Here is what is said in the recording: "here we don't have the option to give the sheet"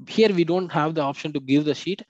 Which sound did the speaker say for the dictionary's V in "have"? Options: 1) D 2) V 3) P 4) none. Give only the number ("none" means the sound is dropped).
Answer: 2